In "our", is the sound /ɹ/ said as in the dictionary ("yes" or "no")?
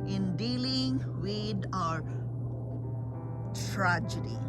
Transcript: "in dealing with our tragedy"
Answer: yes